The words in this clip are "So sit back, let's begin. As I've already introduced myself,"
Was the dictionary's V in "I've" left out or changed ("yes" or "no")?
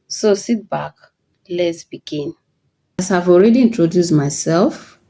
no